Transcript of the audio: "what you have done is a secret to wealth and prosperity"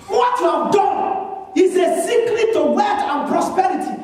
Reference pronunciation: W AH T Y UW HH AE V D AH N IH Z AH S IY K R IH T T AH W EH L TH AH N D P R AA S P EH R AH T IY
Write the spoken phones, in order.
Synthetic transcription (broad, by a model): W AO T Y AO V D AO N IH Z AH S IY K L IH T T AH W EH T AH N P R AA S P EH R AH T IY